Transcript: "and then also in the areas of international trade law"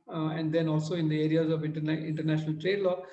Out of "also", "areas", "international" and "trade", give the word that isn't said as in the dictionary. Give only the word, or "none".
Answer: none